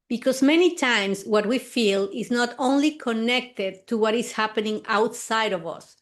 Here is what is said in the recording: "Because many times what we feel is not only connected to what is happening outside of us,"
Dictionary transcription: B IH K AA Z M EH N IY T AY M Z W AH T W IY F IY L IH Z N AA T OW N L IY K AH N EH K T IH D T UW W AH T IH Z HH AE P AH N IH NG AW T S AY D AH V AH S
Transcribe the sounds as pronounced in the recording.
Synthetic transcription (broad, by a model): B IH K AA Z M EH N IY T AY M S W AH T W IY F IY L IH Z N AA T OW N L IY K AH N EH K T IH D T UW W AH T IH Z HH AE P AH N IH NG AW T S AY D AH V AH S